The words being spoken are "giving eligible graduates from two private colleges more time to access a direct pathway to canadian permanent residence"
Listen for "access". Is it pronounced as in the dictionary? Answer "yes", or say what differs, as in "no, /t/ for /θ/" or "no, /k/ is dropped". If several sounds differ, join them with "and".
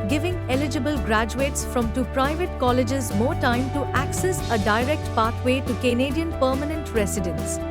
yes